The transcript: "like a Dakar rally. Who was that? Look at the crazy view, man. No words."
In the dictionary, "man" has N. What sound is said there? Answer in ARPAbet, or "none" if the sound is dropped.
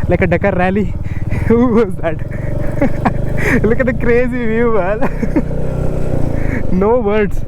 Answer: L